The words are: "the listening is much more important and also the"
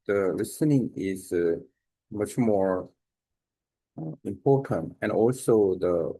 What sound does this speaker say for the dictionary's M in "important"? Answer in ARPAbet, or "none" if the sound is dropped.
M